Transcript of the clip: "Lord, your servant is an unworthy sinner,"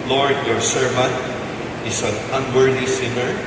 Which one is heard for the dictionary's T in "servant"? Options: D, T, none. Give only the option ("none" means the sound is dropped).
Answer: T